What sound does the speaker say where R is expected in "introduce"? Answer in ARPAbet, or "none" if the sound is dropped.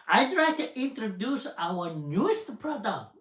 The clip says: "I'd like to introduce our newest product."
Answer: R